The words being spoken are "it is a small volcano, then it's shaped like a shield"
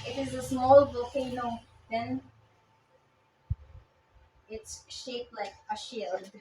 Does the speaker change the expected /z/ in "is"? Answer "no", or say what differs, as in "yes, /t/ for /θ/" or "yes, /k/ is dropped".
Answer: no